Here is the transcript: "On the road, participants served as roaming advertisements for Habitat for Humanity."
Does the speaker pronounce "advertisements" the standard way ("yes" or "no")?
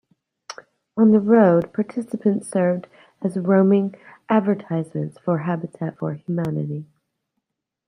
yes